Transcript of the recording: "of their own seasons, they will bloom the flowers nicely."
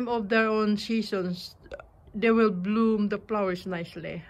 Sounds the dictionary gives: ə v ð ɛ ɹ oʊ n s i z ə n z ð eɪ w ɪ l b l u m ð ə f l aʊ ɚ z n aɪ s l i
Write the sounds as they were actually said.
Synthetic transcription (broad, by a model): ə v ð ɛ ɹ oʊ n s i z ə n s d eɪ w ɪ l b l u m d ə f l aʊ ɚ s n aɪ s l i